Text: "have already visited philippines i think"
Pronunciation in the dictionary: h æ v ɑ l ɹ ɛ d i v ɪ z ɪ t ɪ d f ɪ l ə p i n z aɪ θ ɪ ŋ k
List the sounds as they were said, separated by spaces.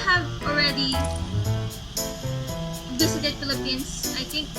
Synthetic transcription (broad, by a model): h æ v ɑ l ɹ ɛ d i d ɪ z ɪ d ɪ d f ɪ l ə p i n s aɪ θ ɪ ŋ k